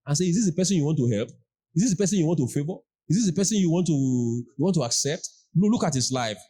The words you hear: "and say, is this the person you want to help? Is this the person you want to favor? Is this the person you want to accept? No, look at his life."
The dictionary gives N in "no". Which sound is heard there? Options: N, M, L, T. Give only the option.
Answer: L